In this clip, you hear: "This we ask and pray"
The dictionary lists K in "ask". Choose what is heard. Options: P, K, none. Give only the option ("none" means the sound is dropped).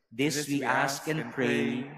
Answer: K